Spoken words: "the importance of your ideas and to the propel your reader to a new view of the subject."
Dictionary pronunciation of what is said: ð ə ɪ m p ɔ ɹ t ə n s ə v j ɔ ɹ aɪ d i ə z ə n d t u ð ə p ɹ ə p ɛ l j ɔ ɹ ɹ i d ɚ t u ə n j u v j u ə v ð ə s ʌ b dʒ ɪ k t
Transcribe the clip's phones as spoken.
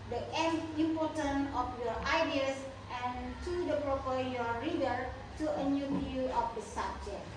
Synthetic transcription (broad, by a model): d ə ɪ m p ɔ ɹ t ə n ə f j ɔ ɹ aɪ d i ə s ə n t u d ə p ɹ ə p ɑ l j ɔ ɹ ɹ i d ɚ t u ə n j u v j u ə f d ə s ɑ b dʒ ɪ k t